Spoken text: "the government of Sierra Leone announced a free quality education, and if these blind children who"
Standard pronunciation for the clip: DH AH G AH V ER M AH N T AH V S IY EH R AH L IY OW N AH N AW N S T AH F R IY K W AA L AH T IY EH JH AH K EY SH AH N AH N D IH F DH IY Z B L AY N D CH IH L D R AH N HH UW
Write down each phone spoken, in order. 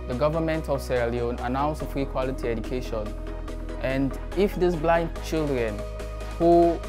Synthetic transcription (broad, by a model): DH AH G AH V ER M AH N T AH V S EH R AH L IY OW N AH N AW N S AH F R IY K W AA L AH T IY EH JH AH K EY SH AH N AH N D IH F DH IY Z B L AY N D CH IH L D R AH N HH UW